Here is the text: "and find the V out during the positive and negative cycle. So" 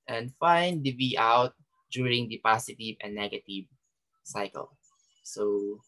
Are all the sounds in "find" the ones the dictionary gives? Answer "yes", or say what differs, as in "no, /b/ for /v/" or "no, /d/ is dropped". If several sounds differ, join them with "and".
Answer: yes